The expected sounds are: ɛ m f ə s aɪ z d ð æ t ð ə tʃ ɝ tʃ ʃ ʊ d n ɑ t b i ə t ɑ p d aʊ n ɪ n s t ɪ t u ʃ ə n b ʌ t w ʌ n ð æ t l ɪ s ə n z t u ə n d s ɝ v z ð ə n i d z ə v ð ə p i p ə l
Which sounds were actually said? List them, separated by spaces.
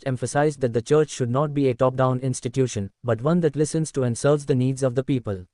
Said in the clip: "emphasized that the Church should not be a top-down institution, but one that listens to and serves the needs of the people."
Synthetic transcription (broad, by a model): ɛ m f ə s aɪ z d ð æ t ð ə tʃ ɝ tʃ ʃ ʊ d n ɑ t b i ə t ɑ p d aʊ n ɪ n s t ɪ t u ʃ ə n b ʌ t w ʌ n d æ t l ɪ s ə n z t u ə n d s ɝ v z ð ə n i d z ə v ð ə p i p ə l